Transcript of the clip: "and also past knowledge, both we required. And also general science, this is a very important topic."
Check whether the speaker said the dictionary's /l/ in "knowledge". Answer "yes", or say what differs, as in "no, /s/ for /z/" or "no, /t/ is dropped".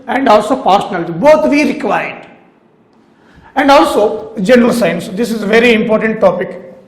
no, /n/ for /l/